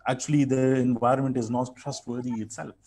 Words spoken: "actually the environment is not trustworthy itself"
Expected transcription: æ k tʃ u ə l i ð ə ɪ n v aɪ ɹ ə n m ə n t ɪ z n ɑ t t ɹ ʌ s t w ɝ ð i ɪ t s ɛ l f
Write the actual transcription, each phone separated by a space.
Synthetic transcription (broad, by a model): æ k tʃ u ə l i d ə ɪ n v aɪ ɹ ə n m ə n t ɪ z n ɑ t t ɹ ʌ s t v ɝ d i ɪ t s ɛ l f